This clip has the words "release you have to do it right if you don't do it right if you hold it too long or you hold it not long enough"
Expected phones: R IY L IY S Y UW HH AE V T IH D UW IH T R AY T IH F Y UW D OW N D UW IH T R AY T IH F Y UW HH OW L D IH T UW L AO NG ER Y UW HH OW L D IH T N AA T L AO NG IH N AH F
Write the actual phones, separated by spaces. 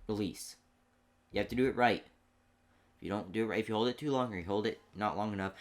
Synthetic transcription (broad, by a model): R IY L IY S Y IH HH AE F T IH D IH IH T R AY T IH F Y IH D OW N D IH IH T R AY IH F Y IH HH OW L D IH T UW L AO NG ER Y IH HH OW L D IH T N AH T L AO NG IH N AH F